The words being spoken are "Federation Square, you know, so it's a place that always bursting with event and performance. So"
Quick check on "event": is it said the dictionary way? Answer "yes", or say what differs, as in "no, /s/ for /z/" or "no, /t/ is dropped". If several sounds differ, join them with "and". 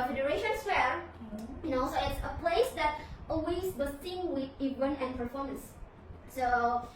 no, /t/ is dropped